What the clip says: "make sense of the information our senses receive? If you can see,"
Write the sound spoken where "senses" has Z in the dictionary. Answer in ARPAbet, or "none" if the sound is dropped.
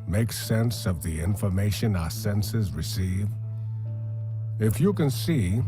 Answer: Z